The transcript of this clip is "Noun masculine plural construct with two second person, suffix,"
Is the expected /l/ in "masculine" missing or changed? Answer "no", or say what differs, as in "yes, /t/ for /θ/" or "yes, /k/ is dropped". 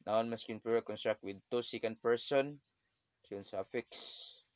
yes, /l/ is dropped